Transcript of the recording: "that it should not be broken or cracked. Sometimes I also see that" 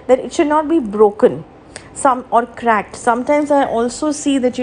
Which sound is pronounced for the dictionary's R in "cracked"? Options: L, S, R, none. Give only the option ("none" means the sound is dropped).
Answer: R